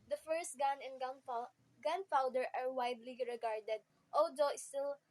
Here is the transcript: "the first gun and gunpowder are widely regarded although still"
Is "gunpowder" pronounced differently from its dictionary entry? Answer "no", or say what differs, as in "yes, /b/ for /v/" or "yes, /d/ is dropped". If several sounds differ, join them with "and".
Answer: yes, /f/ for /p/